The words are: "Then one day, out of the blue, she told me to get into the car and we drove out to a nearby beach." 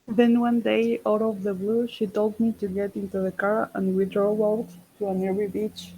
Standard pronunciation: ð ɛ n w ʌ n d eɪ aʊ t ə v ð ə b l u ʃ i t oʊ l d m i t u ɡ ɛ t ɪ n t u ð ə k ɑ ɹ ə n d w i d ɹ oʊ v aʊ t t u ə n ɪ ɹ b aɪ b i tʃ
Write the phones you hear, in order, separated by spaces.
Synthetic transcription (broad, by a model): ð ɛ n w ʌ n d eɪ aʊ t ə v ð ə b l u ʃ i t oʊ l d m i t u ɡ ɛ t ɪ n t u ð ə k ɑ ɹ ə n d w i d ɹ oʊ aʊ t t u ə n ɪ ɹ i b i tʃ